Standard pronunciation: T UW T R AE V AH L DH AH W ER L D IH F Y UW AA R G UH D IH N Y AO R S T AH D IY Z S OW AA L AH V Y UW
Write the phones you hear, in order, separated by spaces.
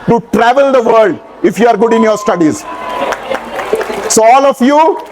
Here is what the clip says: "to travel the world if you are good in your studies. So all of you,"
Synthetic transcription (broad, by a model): T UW T R AE V AH L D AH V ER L D IH F Y UW AA R G UH D IH N Y AO R S T AH D IY Z S OW AA L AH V Y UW